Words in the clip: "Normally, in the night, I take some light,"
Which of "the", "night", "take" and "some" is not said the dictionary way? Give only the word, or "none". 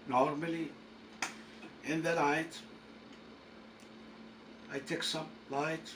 night